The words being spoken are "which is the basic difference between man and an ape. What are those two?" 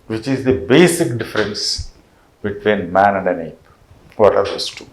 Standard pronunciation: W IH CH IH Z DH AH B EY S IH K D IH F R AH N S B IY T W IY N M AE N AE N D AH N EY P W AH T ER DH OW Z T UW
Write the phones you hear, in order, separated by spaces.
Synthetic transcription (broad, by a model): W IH CH IH Z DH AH B EY S IH K D IH F R AH N S B IY T W IY N M AE N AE N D AH N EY B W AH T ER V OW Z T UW